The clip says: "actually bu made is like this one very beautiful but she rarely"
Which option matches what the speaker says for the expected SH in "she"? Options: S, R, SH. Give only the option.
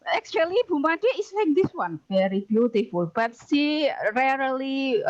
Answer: S